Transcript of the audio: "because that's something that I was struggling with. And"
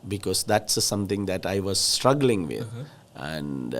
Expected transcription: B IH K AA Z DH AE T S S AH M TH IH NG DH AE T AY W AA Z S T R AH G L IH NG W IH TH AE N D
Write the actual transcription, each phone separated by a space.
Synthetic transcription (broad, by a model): B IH K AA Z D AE T S S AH M T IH NG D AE T AY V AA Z S T R AH G L IH NG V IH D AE N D